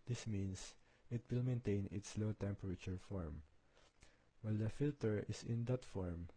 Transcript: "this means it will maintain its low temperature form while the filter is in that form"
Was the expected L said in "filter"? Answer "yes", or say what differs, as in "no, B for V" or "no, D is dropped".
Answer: yes